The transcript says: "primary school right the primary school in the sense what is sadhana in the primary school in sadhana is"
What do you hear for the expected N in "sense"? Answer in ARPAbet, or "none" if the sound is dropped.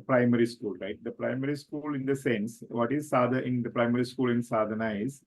N